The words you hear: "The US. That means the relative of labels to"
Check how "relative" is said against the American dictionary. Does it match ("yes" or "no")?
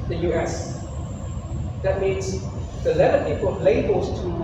no